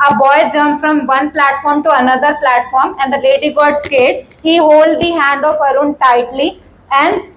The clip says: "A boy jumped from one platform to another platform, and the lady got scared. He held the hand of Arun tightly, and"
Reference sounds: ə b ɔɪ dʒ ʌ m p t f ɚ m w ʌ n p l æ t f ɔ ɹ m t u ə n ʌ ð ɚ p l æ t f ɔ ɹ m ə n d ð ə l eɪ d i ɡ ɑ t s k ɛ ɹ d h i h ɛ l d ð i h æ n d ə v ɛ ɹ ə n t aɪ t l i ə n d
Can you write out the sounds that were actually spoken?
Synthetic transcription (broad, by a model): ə b ɔɪ dʒ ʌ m f t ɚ m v ʌ n p l æ t f ɔ ɹ m t u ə n ʌ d ɚ p l æ t f ɔ ɹ m ə n d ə l eɪ d i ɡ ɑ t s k ɛ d h i h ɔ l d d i h æ n d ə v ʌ ɹ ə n t aɪ t l i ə n d